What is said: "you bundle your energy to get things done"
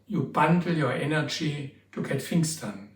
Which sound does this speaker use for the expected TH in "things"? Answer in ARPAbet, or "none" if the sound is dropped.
F